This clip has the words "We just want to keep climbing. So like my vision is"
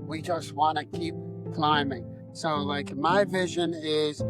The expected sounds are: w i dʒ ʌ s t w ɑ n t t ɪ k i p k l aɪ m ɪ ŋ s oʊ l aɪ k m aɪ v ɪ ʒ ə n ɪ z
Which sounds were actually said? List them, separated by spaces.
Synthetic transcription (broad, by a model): w i dʒ ʌ s t w ɑ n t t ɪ k i p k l aɪ m ɪ ŋ s oʊ l aɪ k m aɪ v ɪ ʒ ə n ɪ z